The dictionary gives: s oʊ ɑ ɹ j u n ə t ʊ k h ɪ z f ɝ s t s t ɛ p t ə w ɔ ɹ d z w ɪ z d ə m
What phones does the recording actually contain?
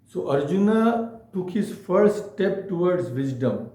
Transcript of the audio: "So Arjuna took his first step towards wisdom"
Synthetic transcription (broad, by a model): s oʊ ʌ ɹ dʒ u n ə t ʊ k h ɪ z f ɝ t s t ɛ p t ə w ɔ ɹ d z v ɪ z d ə m